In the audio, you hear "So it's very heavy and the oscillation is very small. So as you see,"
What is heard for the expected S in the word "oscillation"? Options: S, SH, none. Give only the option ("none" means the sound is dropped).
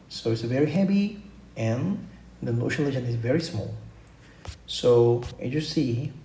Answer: SH